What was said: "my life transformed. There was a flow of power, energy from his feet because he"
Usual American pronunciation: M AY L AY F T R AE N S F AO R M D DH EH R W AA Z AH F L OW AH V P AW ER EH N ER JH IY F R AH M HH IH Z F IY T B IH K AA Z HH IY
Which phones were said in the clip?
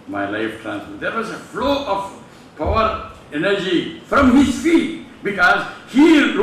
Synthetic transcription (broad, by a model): M AY L AY F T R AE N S AO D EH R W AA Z AH F L OW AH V P AW ER EH N ER JH IY F R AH M HH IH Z F IY T B IH K AA Z HH IY